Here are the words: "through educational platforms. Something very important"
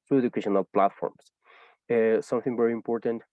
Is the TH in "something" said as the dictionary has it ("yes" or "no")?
yes